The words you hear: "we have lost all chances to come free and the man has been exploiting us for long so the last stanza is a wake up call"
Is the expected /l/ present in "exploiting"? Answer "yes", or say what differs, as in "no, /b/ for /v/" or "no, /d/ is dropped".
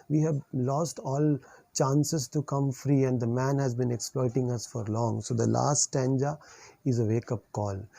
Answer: yes